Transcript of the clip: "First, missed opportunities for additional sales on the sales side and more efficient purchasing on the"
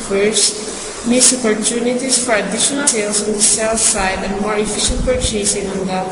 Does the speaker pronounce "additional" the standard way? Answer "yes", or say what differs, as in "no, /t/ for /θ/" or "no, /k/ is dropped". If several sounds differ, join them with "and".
no, /n/ is dropped and /n/ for /l/